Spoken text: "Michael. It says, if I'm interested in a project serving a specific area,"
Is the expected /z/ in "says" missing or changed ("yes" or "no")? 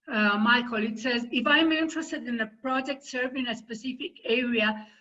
no